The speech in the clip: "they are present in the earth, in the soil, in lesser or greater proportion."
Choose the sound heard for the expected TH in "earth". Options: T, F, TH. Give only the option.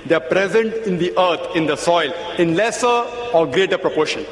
T